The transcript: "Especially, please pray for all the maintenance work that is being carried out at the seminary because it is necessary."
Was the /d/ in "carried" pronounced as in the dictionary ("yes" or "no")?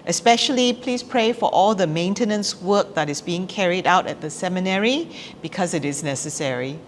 yes